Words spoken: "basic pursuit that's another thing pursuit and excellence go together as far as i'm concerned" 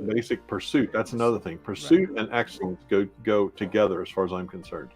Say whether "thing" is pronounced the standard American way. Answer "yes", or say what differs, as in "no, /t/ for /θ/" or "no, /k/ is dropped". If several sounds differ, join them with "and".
yes